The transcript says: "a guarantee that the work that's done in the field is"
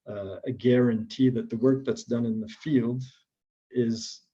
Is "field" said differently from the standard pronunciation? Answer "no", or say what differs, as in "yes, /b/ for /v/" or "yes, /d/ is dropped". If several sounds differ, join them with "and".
no